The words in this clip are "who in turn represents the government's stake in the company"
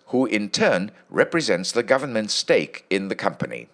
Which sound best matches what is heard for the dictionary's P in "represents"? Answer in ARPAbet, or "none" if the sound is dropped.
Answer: P